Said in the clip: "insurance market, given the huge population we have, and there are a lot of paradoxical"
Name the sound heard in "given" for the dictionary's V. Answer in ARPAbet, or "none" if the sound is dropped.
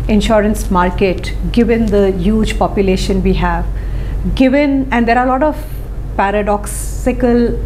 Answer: V